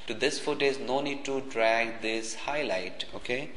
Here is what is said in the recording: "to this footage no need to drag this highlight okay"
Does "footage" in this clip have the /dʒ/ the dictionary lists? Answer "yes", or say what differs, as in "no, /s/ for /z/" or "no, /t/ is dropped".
no, /z/ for /dʒ/